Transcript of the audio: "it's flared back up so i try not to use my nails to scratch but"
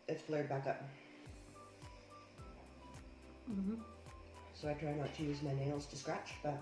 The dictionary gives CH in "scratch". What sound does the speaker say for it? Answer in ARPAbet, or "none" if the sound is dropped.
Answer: CH